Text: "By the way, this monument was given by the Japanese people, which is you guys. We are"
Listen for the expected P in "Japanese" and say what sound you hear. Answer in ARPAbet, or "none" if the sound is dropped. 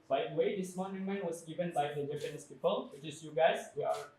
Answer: F